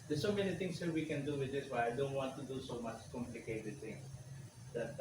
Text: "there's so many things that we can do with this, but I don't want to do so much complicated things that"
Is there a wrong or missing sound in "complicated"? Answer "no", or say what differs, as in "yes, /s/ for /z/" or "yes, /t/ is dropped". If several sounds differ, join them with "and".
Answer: no